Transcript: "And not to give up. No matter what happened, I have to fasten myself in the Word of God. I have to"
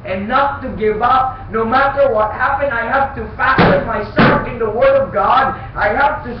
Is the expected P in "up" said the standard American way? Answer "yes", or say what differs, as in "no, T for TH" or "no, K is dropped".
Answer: yes